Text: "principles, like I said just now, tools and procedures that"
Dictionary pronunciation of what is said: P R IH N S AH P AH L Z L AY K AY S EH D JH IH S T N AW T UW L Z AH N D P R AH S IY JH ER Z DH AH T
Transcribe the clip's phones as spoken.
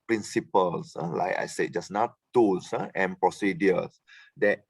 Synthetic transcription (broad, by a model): P R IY N S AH P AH L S L AY K AY S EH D JH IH S N AW T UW L S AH N P R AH S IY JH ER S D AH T